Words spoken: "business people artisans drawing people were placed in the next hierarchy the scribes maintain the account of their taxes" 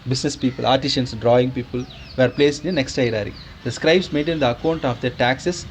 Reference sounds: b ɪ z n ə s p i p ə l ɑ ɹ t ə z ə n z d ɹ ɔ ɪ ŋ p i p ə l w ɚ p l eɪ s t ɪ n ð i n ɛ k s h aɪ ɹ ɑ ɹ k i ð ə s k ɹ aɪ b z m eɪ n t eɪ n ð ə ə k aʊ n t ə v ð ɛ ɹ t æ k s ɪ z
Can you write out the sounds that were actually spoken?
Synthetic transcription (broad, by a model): b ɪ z n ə s p i p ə l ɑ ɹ t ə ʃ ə n s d ɹ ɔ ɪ ŋ p i p ə l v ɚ p l eɪ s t ɪ n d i n ɛ k s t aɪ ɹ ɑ ɹ i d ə s k ɹ aɪ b s m eɪ n t eɪ n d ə ə k aʊ n t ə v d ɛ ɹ t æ k s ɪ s